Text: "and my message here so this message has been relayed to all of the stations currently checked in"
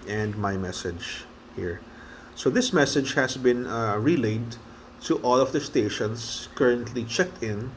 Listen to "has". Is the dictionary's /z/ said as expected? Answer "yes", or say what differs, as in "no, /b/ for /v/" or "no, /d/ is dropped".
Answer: no, /s/ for /z/